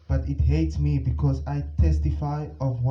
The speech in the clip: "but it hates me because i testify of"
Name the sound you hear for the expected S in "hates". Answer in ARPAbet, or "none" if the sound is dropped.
S